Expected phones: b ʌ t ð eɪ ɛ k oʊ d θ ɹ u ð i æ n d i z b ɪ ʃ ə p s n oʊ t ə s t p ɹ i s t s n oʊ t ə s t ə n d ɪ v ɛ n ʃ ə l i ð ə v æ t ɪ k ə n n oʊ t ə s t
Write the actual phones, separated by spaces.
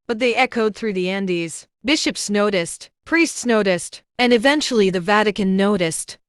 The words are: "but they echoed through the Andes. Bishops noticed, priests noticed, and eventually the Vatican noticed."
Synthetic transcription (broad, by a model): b ʌ t ð eɪ ɛ k oʊ d θ ɹ u ð i æ n d i z b ɪ ʃ ə p s n oʊ t ə s t p ɹ i s t s n oʊ t ə s t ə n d ɪ v ɛ n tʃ l i ð ə v æ t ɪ k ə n n oʊ t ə s t